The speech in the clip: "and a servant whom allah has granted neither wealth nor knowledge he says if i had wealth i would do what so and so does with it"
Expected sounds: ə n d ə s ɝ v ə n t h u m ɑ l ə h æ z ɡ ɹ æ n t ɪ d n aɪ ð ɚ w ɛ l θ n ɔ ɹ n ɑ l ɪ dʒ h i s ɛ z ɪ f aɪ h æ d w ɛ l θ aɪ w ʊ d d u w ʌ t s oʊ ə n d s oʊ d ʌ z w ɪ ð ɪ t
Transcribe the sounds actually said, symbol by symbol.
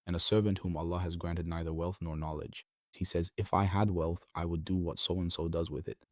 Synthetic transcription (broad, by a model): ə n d ə s ɝ v ə n t h u m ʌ l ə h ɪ z ɡ ɹ æ n t ɪ d n aɪ ð ɚ w ɛ l θ n ɔ ɹ n ɑ l ɪ dʒ h i s ɛ z ɪ f aɪ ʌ d w ɛ l θ aɪ w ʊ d d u w ʌ t s oʊ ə n s oʊ d ʌ z w ɪ ð ɪ t